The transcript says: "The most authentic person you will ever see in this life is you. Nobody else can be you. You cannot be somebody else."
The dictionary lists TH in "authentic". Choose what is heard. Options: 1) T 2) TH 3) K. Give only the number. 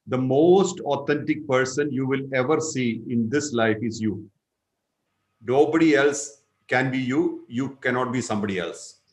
1